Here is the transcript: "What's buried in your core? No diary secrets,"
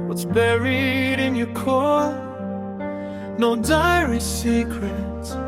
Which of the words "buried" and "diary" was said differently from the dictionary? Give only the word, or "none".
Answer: none